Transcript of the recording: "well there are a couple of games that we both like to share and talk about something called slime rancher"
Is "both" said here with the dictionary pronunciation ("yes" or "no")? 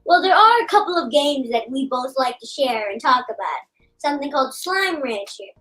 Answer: yes